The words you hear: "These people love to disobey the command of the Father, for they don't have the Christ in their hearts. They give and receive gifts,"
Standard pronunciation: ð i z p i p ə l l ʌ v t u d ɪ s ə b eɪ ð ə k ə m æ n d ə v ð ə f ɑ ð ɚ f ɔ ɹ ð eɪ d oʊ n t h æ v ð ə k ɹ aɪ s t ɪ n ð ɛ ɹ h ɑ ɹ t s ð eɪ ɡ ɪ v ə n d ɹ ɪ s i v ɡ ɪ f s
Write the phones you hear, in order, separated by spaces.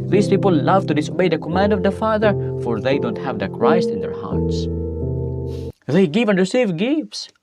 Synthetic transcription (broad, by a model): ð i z p i p ə l l ʌ v t u d ɪ s ə b eɪ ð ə k ə m æ n d ə v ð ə f ɑ ð ɚ f ɔ ɹ ð eɪ d oʊ n t h æ v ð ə k ɹ aɪ s t ɪ n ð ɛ ɹ h ɑ ɹ t s ð eɪ ɡ ɪ v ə n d ɹ ɪ s i v ɡ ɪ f s